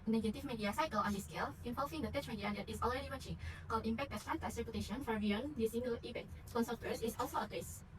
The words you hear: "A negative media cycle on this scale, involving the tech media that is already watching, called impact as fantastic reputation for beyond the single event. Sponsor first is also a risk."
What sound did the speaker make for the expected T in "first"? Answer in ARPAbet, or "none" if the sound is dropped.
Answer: none